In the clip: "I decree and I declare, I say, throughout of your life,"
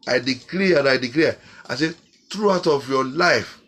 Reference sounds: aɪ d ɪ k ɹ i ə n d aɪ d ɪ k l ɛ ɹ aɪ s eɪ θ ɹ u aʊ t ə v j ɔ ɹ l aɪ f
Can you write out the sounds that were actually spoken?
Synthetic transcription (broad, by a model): aɪ d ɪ k l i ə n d aɪ d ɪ k l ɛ aɪ s eɪ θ ɹ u aʊ t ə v j ɔ l aɪ f